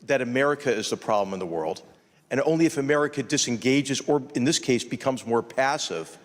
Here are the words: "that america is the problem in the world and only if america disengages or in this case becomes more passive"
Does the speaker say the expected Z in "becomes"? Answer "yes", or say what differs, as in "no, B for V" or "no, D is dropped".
yes